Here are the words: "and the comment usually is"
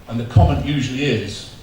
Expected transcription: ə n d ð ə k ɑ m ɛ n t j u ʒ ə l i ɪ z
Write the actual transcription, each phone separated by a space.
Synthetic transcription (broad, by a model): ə n ð ə k ɑ m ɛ n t j u ʒ ə l i ɪ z